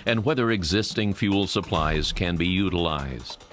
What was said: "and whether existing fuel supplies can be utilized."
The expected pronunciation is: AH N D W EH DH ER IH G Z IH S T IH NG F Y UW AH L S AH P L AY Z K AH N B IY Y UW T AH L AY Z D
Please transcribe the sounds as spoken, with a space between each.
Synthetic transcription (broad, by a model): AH N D W EH DH ER IH G Z IH S T IH NG F Y UW L S AH P L AY Z K AH N B IY Y UW T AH L AY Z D